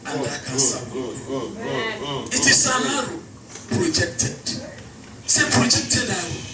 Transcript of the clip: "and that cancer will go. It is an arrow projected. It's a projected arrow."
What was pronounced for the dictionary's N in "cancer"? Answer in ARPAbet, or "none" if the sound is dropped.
none